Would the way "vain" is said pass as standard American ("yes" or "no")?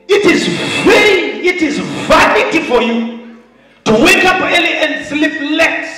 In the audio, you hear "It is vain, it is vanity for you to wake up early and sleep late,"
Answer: no